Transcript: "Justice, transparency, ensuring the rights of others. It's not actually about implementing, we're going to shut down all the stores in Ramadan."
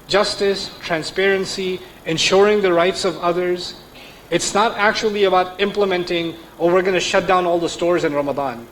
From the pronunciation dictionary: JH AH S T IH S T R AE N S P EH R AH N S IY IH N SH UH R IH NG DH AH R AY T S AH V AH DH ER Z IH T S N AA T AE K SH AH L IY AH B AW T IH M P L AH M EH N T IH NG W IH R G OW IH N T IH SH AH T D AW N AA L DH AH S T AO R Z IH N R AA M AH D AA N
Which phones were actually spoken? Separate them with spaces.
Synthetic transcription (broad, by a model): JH AH S T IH S T R AE N S P EH R AH N S IY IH N SH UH R IH NG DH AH R AY T S AH V AH DH ER Z IH T S N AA T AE K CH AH L IY AH B AW T IH M P L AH M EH N T IH NG W IH R G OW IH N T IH SH AH T D AW N AA L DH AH S T AO R Z IH N R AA M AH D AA N